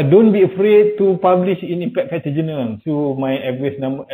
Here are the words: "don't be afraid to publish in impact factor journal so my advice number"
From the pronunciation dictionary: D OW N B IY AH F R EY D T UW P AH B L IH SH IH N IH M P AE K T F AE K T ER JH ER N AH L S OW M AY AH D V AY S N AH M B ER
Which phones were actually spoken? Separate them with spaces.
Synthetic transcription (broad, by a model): D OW N B IY AH F R EY D T UW P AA B L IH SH IH N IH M P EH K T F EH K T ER JH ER N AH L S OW M AY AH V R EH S N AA M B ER